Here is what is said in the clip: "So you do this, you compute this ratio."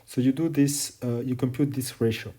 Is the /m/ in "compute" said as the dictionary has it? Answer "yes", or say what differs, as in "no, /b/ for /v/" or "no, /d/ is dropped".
yes